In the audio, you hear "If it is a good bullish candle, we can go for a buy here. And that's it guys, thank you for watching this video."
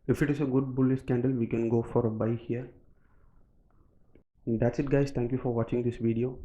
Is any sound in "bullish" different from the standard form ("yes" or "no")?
yes